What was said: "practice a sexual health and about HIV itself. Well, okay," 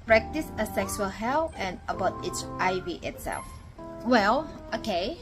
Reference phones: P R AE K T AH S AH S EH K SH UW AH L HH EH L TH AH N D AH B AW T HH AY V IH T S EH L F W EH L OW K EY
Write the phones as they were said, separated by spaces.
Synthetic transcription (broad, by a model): P R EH K T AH S AH S EH K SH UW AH L HH EH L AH N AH B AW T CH AY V IH T S EH L F W EH L OW K EY